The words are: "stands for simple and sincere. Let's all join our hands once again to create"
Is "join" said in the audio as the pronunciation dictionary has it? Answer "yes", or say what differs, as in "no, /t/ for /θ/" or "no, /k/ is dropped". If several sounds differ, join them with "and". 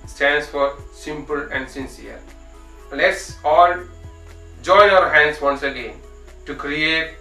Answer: no, /n/ is dropped